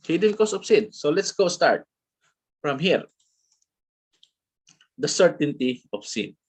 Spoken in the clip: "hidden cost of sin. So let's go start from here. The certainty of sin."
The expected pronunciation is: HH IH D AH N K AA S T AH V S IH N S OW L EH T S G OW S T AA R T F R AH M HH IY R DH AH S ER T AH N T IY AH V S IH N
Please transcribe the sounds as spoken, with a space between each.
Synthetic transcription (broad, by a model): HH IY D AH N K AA S AH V S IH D S OW L EH T S G OW S T AA R T F R AH M HH IY R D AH S ER T AH N T IY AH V S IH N